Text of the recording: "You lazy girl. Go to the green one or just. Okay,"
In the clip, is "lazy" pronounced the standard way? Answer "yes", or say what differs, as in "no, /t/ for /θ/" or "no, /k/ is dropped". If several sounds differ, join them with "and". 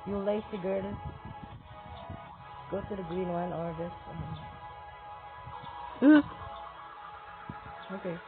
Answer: no, /s/ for /z/